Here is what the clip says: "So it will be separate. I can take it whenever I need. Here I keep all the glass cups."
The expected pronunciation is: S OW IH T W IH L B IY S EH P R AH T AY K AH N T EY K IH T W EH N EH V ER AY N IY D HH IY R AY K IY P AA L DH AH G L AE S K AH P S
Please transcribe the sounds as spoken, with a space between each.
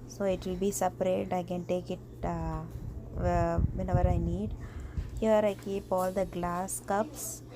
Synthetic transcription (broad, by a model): S OW IH T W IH L B IY S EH P R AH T AY K AH N T EY K IH T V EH N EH V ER AY N IY D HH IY R AY K IY P AA L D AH G L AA S K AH P S